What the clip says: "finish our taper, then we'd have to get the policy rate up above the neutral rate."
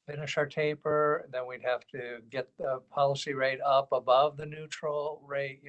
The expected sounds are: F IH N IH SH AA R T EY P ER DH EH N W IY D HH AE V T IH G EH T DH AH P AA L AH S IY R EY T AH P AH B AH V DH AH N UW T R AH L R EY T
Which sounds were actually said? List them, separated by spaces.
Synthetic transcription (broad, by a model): F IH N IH SH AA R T EY P ER DH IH N W IY D HH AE F T IH G EH T DH AH P AA L AH S IY R EY T AH P AH B AH V DH AH N UW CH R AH L R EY T